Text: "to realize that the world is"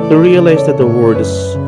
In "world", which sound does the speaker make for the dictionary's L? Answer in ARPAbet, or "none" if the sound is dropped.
none